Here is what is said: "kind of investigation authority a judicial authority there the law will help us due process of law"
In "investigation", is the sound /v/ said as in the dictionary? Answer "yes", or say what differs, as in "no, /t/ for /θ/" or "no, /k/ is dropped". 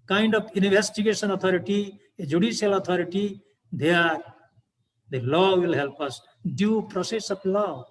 no, /b/ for /v/